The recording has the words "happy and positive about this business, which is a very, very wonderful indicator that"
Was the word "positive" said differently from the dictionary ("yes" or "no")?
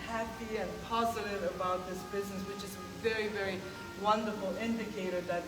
no